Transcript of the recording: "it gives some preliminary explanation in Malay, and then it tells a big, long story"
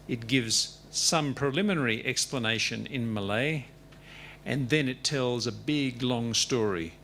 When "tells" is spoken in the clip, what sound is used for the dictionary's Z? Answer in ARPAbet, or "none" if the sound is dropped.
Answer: Z